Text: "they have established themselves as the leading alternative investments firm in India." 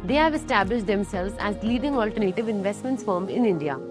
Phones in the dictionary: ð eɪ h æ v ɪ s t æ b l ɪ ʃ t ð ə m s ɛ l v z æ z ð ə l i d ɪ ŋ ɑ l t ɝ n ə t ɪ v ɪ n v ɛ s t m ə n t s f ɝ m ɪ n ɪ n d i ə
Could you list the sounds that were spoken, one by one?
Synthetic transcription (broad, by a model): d eɪ h æ v ɪ s t æ b l ɪ ʃ t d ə m s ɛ l v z æ z l i d ɪ ŋ ɑ l t ɝ n ə t ɪ v ɪ n v ɛ s t m ə n t s f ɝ m ɪ n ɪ n d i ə